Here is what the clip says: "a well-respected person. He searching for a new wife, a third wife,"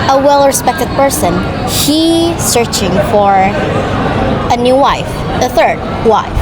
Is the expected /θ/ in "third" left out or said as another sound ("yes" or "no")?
no